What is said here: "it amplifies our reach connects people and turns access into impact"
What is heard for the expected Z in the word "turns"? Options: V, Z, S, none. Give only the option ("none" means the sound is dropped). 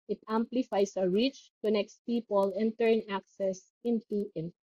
none